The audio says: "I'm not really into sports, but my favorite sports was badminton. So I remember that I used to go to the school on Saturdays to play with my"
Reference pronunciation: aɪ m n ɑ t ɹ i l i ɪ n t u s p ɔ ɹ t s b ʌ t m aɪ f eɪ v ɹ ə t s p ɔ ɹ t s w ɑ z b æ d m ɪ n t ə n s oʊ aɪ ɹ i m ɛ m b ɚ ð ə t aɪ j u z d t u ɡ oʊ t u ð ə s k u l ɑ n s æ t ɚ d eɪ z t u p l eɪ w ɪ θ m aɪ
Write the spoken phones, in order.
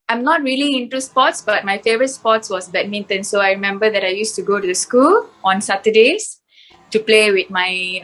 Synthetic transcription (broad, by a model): aɪ m n ɑ t ɹ i l i ɪ n t u s p ɔ t s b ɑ t m aɪ f eɪ v ɹ ə t s p ɔ t s w ɑ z b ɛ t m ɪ n t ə n s oʊ aɪ ɹ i m ɛ m b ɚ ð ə t aɪ j u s t u ɡ oʊ t u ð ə s k u l ɑ n s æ t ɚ d eɪ s t u p l eɪ w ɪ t m aɪ